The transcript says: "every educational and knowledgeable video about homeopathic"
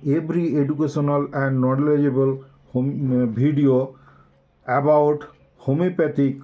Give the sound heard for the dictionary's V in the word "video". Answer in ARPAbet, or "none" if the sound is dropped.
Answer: B